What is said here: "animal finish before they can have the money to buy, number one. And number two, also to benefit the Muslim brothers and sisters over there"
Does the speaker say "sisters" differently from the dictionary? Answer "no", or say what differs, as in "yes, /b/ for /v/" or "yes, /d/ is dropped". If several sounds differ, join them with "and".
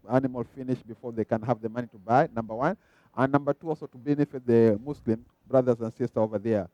yes, /z/ is dropped